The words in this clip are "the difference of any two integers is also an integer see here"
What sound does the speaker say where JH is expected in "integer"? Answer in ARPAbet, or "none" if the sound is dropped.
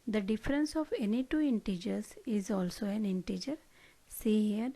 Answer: JH